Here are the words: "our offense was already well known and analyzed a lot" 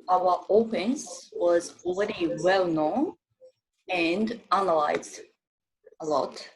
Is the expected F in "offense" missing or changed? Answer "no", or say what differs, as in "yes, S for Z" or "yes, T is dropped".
yes, P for F